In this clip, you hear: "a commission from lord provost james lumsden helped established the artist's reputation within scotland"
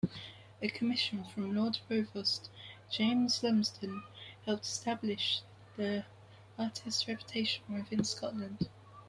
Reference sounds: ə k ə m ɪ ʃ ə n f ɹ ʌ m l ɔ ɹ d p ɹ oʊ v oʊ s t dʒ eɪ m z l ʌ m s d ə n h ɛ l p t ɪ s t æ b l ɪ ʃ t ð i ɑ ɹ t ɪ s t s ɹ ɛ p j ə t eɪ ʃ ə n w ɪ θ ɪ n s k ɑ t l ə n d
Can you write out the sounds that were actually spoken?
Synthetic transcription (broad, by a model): ə k ə m ɪ ʃ ə n f ɹ ʌ m l ɔ d ɹ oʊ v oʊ s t dʒ eɪ m z l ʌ m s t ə n h ɛ l p t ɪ s t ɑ b l ɪ ʃ ð i ɑ t ɪ s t ɹ ɛ p j ə t eɪ ʃ ə n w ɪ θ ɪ n s k ɑ t l ə n d